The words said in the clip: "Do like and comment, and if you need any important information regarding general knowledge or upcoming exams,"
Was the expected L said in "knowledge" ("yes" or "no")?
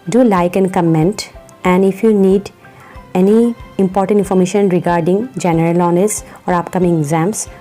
no